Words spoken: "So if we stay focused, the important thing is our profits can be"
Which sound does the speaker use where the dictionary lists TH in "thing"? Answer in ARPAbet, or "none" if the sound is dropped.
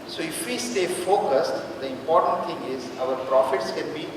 T